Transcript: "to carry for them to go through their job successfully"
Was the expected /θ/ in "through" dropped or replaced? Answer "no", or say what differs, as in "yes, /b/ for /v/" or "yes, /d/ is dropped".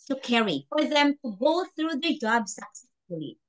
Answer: no